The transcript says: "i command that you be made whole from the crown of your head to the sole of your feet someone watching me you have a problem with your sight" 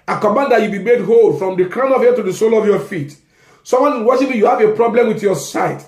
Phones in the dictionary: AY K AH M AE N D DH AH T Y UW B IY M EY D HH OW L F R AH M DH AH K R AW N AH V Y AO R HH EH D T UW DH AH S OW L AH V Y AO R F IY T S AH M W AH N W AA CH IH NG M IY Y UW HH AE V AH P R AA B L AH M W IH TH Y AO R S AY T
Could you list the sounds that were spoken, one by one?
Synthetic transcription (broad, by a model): AY K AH M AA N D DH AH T Y UW B IY M EY D HH OW L F R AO M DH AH K R AW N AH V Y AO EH T UW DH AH S OW L AH V Y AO F IY T S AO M W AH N W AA SH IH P M IY Y UW HH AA V AH P R AA B L AH M W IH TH Y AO S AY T